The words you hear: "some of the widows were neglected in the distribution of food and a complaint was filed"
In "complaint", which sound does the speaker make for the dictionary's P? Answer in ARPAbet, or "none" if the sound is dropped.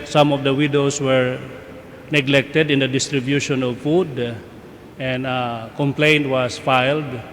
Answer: P